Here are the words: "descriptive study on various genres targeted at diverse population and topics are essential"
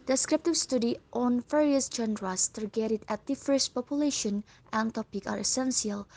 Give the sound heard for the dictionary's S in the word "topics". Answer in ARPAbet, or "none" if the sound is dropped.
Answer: none